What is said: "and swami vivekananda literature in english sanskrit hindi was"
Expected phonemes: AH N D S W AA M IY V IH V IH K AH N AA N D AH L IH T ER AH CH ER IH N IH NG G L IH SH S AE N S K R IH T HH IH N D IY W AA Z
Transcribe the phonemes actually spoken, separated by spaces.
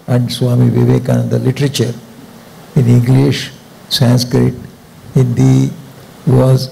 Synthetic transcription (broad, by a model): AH N D S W AA M IY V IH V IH K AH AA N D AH L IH T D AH CH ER IH N IH NG G L IH SH S AE N S K R IH T HH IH N D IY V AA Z